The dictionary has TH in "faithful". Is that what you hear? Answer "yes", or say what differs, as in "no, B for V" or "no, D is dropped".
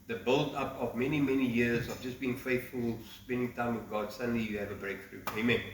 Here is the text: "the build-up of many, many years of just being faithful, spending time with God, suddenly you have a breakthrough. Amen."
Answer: yes